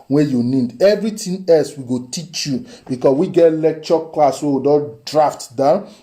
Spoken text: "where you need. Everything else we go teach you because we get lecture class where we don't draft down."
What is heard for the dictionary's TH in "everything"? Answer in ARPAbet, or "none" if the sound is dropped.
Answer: T